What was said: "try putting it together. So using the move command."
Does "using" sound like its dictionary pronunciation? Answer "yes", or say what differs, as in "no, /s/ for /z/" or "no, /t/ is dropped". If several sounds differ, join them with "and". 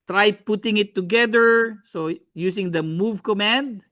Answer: no, /s/ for /z/